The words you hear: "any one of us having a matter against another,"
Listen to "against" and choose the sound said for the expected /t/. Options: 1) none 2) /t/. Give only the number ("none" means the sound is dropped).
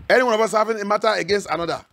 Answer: 2